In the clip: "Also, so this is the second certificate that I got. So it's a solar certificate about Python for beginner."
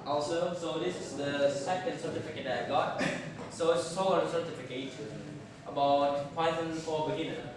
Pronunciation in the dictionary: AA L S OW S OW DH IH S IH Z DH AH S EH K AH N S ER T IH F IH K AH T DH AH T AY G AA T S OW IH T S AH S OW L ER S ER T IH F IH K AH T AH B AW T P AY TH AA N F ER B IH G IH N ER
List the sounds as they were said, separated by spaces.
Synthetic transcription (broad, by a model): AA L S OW S OW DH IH S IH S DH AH S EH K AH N S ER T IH F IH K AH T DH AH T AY G AA T S OW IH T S AH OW ER S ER T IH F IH K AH T AH B AW T F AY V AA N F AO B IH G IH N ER